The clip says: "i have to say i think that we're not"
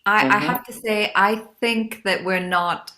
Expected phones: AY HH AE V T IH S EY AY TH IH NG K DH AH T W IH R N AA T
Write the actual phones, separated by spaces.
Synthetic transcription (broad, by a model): AY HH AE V T IH S EY AY TH IH NG K DH AH T W IH R N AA T